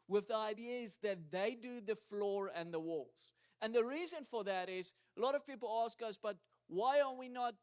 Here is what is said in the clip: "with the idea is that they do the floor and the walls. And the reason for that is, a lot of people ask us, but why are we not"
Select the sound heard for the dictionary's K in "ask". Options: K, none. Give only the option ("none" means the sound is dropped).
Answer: K